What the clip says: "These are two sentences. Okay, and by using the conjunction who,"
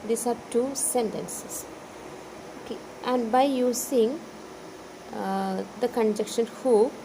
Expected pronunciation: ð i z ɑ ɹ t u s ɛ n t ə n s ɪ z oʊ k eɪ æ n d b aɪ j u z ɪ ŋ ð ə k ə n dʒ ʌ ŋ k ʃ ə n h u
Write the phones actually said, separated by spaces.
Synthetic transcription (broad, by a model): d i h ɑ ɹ t u s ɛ n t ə n s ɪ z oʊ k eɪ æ n d b aɪ j u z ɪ ŋ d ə k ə n dʒ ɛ k ʃ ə n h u